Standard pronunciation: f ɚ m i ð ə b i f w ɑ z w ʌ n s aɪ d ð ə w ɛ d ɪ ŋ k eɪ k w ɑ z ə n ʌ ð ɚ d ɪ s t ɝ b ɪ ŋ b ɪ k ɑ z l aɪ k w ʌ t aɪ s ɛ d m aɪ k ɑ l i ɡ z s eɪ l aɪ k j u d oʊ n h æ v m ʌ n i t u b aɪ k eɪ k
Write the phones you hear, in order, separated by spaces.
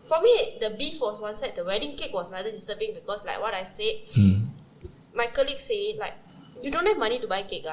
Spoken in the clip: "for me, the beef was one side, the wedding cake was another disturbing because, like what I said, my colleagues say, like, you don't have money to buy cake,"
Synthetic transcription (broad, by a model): f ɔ m i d ə b i f w ɑ s w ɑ n s aɪ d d ə w ɛ d ɪ ŋ k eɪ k w ɑ s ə n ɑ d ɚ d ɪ s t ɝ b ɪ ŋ b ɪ k ɑ s l aɪ k w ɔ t aɪ s ɛ d m aɪ k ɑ l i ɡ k s eɪ l aɪ k j u d oʊ n h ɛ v m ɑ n i t u b aɪ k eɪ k